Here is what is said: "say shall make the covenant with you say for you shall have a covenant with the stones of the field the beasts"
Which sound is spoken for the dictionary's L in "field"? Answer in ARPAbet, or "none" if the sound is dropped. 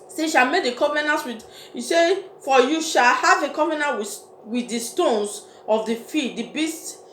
none